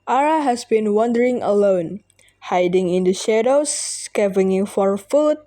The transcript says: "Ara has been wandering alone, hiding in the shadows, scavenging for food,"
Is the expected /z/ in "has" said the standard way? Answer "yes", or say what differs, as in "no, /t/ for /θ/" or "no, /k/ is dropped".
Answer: no, /s/ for /z/